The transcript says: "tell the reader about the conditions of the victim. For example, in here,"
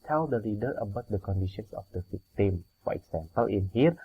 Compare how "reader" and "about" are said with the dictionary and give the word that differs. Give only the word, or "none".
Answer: reader